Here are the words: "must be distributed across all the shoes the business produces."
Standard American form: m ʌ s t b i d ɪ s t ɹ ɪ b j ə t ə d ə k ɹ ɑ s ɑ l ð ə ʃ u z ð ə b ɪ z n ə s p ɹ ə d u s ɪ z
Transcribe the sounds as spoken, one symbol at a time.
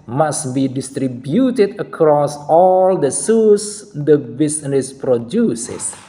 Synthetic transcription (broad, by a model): m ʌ s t b i d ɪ s t ɹ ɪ b j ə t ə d ə k ɹ ɑ s ɑ l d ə s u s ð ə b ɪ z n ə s p ɹ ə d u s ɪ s